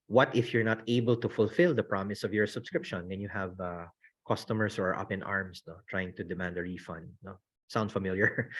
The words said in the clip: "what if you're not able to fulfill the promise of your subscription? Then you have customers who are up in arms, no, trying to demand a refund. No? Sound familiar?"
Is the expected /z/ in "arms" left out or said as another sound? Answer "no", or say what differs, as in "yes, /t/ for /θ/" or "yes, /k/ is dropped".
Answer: yes, /s/ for /z/